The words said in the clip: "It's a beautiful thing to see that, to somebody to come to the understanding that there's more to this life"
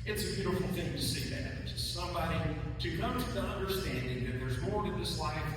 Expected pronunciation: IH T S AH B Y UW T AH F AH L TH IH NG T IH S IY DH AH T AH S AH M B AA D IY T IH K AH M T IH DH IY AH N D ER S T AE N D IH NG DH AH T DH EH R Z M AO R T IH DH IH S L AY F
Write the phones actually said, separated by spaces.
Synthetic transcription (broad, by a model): IH T S AH B Y UW T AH F L TH IH NG T IH S IY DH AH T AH S AH M B AA D IY T IH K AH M T IH DH IY AH N D ER S T AE N D IH NG DH AH T DH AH R Z M AO R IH DH IH S L AY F